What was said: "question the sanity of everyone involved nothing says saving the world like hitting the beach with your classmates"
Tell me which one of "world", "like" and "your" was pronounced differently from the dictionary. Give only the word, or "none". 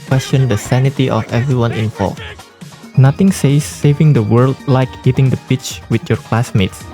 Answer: none